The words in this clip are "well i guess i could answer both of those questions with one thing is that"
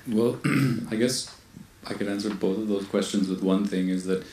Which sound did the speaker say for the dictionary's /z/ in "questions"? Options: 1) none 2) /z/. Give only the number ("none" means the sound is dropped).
2